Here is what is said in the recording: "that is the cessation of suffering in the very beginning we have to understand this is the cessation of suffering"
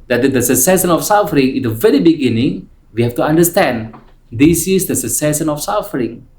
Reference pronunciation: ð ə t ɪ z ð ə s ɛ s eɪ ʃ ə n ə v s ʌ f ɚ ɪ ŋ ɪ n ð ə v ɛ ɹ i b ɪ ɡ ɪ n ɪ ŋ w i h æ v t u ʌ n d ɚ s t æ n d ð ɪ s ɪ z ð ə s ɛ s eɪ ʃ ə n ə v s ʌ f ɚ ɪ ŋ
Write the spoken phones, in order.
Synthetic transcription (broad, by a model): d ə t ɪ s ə s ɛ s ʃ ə n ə f s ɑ f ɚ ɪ ŋ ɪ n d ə v ɛ ɹ i b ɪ ɡ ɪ n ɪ ŋ w i h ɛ f t u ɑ n d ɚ s t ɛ n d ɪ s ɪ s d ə s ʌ s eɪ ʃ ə n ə f s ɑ f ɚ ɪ ŋ